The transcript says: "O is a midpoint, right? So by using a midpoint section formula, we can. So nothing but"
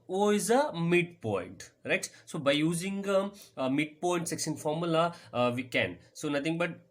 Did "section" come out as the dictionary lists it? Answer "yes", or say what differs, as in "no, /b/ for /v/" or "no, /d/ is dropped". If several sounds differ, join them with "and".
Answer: no, /s/ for /ʃ/